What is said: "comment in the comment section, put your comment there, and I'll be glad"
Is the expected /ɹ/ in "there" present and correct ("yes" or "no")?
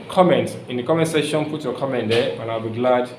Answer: no